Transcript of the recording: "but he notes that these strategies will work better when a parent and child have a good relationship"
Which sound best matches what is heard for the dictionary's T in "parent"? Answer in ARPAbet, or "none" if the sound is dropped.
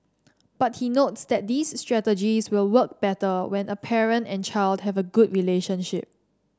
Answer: T